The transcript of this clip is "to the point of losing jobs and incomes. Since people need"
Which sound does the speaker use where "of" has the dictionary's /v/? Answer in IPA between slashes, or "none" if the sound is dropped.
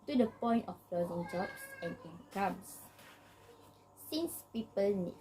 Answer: /p/